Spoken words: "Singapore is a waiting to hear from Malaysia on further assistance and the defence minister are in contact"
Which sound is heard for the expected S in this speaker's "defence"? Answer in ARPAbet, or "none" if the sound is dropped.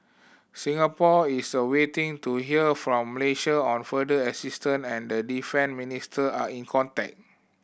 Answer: none